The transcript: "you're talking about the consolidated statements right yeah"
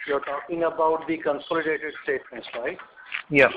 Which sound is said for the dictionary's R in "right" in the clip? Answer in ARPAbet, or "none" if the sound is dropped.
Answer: L